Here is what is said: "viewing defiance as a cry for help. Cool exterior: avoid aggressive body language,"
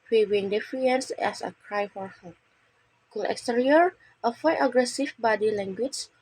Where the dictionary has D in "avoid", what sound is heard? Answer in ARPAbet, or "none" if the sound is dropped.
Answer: none